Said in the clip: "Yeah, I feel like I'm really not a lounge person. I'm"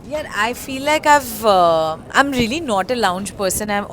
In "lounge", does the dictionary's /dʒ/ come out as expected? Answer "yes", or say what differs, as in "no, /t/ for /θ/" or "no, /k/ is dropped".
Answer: yes